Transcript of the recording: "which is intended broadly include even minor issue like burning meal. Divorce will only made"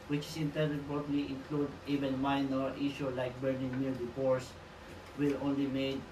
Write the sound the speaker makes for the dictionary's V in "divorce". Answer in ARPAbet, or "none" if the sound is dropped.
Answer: P